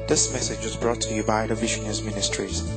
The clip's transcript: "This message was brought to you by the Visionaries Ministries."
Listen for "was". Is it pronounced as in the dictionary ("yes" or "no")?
yes